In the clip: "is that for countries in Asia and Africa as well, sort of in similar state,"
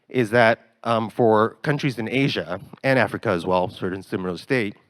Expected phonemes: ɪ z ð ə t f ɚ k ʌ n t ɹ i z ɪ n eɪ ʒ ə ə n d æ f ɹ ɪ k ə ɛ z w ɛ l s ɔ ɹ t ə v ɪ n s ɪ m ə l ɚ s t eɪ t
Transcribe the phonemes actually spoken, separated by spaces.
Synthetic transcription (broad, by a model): ɪ z ð ə t f ɚ k ʌ n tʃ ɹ i z ɪ n eɪ ʒ ə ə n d æ f ɹ ɪ k ə z w ɛ l s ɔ ɹ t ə ɪ n s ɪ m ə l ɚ s t eɪ t